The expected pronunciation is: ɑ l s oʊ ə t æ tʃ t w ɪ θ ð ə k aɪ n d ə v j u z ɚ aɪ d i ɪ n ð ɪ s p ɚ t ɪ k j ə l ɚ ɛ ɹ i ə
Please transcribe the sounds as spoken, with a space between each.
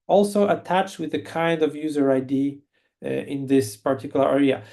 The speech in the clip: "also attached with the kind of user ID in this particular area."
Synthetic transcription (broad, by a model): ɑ l s oʊ ə t æ tʃ t w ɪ ð ə k aɪ n d ə v j u z ɚ aɪ d i ɪ n ð ɪ s p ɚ t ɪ k j l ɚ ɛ ɹ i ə